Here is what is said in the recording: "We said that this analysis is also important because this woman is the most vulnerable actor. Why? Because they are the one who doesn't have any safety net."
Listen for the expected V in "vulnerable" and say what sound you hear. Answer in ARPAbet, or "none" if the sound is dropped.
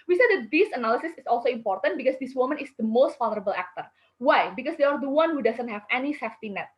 F